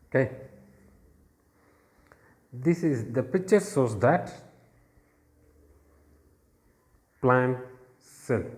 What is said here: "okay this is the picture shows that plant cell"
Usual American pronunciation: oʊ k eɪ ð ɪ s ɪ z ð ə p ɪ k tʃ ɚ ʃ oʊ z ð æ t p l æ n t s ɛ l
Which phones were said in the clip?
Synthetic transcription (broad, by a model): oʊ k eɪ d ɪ s ɪ z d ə p ɪ k tʃ ɚ s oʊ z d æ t p l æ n s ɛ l